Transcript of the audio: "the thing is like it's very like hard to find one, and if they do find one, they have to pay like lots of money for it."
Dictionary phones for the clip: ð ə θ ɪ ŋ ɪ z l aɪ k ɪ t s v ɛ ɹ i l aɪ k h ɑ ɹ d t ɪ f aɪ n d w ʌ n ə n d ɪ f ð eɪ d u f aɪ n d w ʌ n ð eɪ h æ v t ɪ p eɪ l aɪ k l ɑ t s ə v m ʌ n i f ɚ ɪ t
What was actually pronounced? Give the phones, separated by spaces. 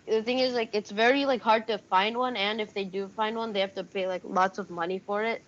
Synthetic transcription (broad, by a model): ð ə θ ɪ ŋ ɪ z l aɪ k ɪ t s v ɛ ɹ i l aɪ k h ɑ ɹ d t ɪ f aɪ n d w ʌ n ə n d ɪ f ð eɪ d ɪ f aɪ n d w ʌ n ð eɪ h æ f t ɪ p eɪ l aɪ k l ɑ t s ə v m ʌ n i f ɚ ɪ t